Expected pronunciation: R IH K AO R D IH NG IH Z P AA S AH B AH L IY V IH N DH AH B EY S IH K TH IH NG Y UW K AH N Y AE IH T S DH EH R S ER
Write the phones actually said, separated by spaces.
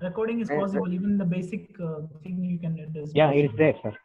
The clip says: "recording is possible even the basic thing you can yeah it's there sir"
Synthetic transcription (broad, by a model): R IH K AO R D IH NG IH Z P AA S AH B AH L IY V IH N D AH B EY S IH K S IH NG Y UW K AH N Y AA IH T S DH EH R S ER